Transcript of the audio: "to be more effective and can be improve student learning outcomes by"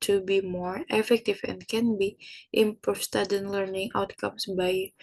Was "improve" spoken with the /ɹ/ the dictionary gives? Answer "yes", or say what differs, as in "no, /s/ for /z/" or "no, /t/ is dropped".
no, /ɹ/ is dropped